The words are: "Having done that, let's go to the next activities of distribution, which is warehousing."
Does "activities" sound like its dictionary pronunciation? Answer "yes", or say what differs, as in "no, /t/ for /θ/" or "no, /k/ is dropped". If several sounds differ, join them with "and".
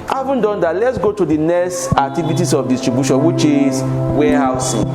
no, /s/ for /z/